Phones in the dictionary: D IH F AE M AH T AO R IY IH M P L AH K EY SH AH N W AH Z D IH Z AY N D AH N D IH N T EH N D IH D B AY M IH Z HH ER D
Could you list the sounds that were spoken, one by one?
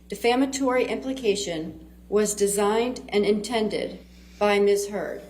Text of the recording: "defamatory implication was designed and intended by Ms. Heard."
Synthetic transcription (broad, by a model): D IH F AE M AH T AO R IY IH M P L AH K EY SH AH N W AH Z D IH Z AY N D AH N IH N T EH N D IH D B AY M IH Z HH ER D